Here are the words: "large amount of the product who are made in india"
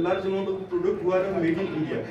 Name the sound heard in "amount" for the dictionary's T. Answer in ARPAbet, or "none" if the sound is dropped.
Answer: none